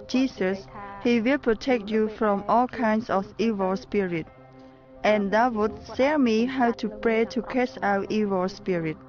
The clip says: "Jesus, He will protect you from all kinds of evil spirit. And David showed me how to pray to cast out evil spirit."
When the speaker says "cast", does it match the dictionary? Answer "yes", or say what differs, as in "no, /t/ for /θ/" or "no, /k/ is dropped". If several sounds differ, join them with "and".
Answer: no, /t/ is dropped